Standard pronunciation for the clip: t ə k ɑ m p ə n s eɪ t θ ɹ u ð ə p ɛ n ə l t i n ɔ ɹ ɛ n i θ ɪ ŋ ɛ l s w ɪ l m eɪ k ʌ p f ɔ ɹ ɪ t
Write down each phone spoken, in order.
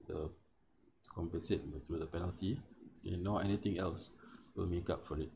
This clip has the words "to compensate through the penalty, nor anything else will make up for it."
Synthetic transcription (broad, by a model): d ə k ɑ m p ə n s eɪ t t ɹ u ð ə p ɛ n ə l t i n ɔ ɛ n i t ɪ ŋ ɛ l s w ɪ l m eɪ k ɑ p f ɔ ɹ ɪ t